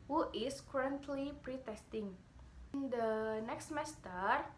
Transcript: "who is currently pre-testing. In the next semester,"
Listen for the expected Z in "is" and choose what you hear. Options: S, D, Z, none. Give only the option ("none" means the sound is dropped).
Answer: S